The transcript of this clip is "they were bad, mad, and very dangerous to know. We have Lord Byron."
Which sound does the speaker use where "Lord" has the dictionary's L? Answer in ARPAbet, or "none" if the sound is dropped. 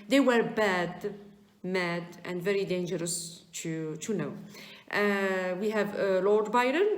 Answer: L